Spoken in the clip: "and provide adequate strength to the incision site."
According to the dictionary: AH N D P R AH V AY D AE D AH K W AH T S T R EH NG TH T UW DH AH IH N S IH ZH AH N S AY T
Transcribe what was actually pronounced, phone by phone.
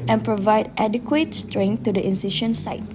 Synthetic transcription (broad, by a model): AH N P R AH V AY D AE D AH K W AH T S T R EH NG T UW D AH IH N S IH SH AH N S AY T